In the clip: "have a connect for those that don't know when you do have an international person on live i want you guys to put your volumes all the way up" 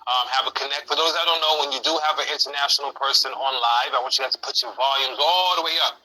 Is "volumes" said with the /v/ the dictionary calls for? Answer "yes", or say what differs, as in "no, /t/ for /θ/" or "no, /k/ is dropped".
yes